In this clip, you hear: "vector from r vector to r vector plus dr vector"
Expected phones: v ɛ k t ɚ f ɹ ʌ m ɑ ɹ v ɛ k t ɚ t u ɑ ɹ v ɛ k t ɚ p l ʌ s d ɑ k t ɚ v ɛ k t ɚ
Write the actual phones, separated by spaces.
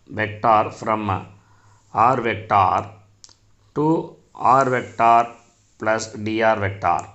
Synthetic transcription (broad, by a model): v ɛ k t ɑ f ɹ ʌ m ɑ ɹ v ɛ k t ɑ t u ɑ ɹ v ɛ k t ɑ p l ʌ s d ɑ t v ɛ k t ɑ